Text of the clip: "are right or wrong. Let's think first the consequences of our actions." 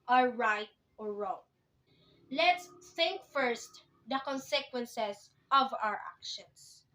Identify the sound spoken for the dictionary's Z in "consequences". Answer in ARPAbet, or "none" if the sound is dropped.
S